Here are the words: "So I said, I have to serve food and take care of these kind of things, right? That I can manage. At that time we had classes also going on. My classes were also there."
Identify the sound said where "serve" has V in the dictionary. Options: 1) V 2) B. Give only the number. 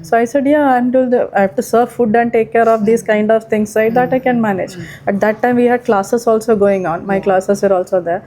1